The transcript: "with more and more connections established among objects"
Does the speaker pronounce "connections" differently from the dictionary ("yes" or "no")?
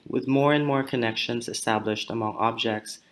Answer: no